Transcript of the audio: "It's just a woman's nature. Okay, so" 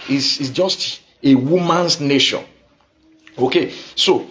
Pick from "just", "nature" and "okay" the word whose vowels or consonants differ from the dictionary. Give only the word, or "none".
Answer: nature